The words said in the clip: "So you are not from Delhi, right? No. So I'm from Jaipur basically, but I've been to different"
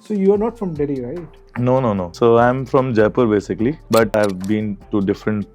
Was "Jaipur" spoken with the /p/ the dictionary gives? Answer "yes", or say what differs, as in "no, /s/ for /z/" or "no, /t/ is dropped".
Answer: yes